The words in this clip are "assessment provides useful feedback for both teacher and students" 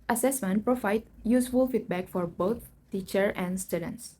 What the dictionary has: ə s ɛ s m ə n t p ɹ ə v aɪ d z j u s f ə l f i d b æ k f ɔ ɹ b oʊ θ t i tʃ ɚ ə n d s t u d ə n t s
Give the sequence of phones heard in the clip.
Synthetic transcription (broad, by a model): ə s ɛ s m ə n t p ɹ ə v aɪ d j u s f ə l f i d b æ k f ɔ ɹ b oʊ t t i tʃ ɚ ə n d s t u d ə n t s